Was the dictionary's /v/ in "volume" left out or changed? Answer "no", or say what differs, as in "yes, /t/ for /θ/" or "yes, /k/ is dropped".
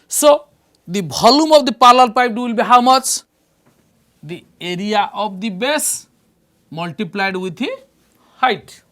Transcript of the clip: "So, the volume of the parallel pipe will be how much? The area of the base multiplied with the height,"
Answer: yes, /b/ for /v/